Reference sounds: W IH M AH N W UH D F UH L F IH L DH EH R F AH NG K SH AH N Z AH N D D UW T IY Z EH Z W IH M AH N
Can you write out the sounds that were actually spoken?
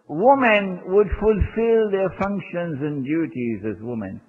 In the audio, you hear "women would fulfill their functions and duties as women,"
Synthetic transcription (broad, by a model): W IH M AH N W UH D F UH L F IH L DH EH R F AH NG K SH AH N Z AH N D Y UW T IY Z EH Z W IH M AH N